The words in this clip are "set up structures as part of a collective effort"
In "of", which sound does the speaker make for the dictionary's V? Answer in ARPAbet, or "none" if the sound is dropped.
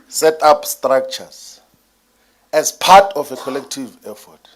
F